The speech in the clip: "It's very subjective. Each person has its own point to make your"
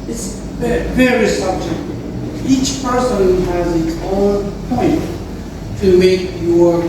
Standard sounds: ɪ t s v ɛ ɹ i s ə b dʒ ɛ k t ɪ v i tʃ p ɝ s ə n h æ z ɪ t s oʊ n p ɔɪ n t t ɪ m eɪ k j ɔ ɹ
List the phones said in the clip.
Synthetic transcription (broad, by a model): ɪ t s v ɛ ɹ i s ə b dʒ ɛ k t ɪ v i tʃ p ɝ s ə n h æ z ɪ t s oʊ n p ɔɪ n t t ɪ m eɪ k j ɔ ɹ